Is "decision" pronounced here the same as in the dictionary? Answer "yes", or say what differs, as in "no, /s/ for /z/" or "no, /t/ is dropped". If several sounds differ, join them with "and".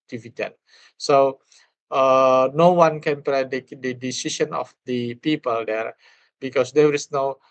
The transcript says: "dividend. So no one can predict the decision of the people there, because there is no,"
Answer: no, /ʃ/ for /ʒ/